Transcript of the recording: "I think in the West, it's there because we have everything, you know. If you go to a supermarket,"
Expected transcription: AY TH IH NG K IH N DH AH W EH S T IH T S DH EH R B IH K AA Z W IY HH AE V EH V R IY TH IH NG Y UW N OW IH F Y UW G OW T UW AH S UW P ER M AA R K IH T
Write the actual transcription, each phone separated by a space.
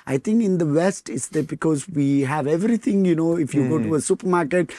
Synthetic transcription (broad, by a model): AY T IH NG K IH N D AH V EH S T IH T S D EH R B IH K AA Z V IY HH AE V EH V R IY T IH NG Y UW N OW IH F Y UW G OW T UW AH S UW P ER M AA R K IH T